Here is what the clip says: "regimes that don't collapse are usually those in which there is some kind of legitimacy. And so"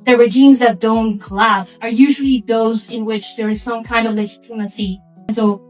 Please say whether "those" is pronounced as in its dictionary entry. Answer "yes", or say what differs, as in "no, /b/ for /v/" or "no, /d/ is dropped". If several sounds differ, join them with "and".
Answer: yes